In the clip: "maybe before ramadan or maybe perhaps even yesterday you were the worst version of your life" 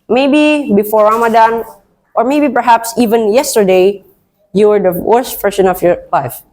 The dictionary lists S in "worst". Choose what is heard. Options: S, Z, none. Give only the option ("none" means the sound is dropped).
S